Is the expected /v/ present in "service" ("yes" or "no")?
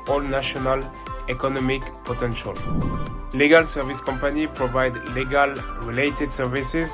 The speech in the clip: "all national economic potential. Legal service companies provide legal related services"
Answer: yes